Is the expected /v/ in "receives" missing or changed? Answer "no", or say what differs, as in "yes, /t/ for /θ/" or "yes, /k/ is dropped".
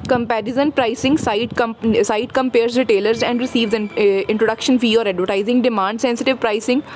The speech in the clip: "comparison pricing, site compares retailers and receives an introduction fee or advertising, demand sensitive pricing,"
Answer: no